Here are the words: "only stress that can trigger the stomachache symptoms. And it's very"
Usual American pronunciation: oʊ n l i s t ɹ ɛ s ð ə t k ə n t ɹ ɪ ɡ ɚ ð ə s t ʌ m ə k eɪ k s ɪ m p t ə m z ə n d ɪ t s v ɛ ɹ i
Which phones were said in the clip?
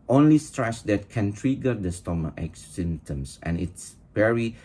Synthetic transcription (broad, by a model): oʊ n l i s t ɹ ɛ s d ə t k ə n t ɹ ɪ ɡ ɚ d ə s t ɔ m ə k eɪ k s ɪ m t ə m s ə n ɪ t s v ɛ ɹ i